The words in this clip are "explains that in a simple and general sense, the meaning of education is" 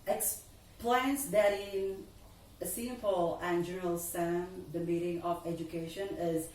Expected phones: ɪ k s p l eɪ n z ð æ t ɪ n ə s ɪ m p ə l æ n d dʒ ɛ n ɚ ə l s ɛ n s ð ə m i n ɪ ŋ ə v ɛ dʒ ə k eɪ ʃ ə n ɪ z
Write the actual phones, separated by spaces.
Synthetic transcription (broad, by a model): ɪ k s p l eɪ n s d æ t ɪ n ə s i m f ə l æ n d dʒ ɛ n ɚ ə l s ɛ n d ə m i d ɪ ŋ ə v ɛ dʒ ə k eɪ ʃ ə n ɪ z